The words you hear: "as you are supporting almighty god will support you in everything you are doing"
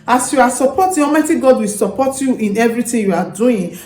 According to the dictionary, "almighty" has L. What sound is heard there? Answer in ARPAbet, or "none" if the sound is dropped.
none